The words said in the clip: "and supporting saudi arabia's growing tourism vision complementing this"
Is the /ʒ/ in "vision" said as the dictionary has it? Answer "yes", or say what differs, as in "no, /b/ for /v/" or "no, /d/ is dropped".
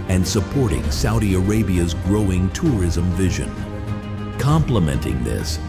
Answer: yes